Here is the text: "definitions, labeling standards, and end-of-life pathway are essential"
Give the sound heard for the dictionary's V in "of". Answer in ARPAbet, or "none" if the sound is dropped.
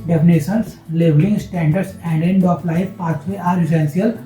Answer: P